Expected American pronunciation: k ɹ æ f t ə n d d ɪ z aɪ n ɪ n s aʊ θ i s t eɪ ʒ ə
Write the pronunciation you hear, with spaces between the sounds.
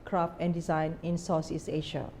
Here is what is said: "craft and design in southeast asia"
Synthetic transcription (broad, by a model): k ɹ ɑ f t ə n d d ɪ z aɪ n ɪ n s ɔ s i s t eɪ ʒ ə